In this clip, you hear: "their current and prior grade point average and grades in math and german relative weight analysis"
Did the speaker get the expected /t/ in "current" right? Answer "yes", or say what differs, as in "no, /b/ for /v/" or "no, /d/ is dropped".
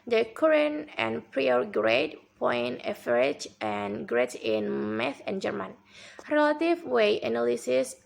no, /t/ is dropped